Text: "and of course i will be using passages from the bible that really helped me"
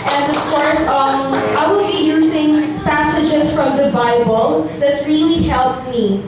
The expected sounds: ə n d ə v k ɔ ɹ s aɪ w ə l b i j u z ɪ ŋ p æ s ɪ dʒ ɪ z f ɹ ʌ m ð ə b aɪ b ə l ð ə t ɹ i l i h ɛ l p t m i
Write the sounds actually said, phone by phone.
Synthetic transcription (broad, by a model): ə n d ə v k ɔ ɹ s aɪ w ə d b i j u z ɪ ŋ p æ s ɪ dʒ ɪ z f ɹ ʌ m ð ə b aɪ b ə l ð ə t ɹ i l i h ɛ l p m i